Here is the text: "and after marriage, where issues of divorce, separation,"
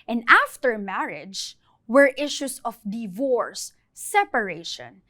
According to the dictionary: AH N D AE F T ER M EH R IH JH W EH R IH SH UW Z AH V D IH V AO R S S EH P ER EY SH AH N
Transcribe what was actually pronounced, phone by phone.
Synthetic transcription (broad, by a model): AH N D AE F T ER M EH R IH JH W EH R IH SH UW S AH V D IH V AO R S S EH P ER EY SH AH N